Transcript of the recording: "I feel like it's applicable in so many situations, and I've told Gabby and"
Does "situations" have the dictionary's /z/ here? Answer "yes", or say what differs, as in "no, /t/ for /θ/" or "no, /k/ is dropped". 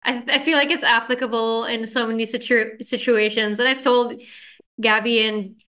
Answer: yes